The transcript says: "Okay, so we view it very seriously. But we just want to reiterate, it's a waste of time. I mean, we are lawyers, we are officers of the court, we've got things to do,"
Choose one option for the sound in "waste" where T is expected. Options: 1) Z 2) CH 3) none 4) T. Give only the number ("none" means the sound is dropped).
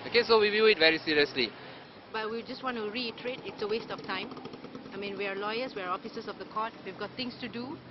4